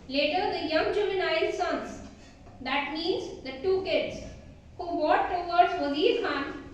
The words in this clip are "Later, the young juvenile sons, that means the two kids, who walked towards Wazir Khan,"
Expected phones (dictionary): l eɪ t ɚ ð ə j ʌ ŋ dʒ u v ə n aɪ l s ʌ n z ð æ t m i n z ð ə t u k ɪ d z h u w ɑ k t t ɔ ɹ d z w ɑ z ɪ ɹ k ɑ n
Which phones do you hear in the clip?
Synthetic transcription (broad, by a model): l eɪ t ɚ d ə j ʌ ŋ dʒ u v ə n aɪ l s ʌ n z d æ t m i n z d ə t u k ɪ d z h u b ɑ t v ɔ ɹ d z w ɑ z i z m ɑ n